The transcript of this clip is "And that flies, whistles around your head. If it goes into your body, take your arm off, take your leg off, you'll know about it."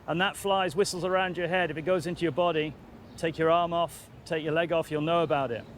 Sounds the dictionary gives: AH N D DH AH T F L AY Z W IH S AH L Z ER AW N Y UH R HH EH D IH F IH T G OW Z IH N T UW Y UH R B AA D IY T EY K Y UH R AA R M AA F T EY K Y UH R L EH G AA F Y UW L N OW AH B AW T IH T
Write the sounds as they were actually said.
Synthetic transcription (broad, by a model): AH N DH AH T F L AY Z W IH S L Z ER AW N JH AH R HH EH D IH F IH T G OW Z IH N T UW Y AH R B AA D IY T EY K Y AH R AA R M AA F T EY K Y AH R L EH G AA F Y UW L N OW AH B AW T IH T